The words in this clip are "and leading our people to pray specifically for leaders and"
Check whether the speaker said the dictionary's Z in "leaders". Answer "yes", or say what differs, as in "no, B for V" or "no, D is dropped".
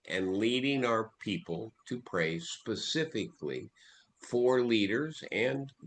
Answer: yes